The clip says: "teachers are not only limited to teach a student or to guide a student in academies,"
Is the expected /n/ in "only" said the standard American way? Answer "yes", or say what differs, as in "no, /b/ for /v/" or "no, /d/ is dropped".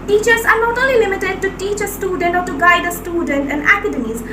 no, /n/ is dropped